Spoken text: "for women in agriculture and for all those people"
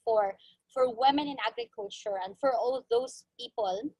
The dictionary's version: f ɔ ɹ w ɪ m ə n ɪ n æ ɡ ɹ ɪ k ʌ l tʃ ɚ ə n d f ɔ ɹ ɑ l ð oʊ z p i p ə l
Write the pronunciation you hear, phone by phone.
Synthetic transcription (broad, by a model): f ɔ ɹ w ɪ m ə n ɪ n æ ɡ ɹ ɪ k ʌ l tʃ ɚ ə n d f ɔ ɹ ɑ l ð oʊ s p i p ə l